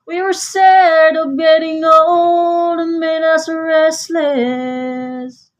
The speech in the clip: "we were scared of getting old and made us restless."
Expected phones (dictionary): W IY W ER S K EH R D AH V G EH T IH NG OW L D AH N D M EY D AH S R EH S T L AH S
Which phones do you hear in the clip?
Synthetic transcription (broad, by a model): W IY W ER S EH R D AH V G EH T IH NG OW L D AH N M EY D AH S R EH S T L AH S